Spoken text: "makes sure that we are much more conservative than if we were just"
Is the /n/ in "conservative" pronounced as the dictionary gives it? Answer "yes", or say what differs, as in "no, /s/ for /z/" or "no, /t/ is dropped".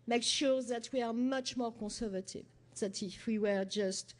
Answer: no, /n/ is dropped